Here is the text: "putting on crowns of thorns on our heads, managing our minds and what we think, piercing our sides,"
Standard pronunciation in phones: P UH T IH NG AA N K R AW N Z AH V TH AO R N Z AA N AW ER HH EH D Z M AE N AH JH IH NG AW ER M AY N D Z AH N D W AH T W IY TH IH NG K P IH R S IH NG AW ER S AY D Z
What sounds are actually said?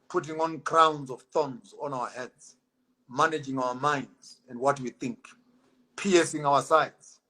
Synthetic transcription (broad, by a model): P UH T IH NG AA N K R AW N Z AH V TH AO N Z AA N AW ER HH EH D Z M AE N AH JH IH NG AW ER M AY N D Z AH N D W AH T W IY TH IH NG K P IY S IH NG AW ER S AY D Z